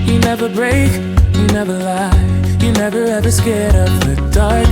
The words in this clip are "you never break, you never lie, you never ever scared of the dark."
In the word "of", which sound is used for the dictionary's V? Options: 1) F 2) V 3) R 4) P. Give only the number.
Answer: 4